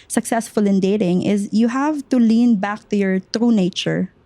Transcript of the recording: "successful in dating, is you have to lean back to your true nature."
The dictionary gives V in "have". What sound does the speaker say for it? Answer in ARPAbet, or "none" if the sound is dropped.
V